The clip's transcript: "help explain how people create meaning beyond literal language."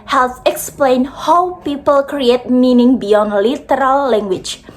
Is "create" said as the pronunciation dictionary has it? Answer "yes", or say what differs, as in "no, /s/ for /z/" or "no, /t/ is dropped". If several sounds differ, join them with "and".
yes